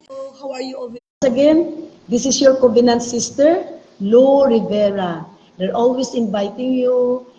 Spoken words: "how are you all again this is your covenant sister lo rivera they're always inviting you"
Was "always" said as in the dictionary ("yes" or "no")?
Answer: no